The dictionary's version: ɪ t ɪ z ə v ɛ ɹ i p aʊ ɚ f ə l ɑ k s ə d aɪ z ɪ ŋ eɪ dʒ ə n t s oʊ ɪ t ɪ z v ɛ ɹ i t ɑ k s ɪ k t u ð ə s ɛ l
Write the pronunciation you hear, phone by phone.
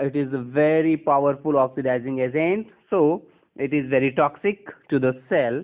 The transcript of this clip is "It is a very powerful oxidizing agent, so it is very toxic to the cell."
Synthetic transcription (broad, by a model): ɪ t ɪ z v ɛ ɹ i p aʊ ɚ f ə l ɑ k s ə d aɪ z ɪ ŋ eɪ z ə n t s oʊ ɪ t ɪ z v ɛ ɹ i t ɑ k s ɪ k t u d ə s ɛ l